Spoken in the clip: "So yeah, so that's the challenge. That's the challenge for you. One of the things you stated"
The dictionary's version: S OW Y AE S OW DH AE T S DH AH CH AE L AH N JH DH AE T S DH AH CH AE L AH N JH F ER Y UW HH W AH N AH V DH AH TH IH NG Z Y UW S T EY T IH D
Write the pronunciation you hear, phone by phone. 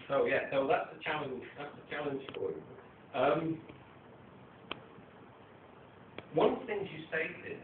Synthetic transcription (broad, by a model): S OW Y AE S OW DH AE T S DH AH CH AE L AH N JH DH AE T S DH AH CH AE L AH N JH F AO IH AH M W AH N TH IH NG Z Y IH S T EY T IH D